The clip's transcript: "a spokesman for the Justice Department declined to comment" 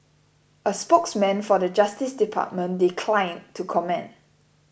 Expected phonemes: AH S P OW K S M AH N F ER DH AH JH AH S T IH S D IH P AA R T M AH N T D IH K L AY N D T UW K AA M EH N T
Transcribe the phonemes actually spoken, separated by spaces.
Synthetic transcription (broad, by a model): AH S P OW K S M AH N F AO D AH JH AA S T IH S D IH P AA T M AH N D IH K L AY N T UW K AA M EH N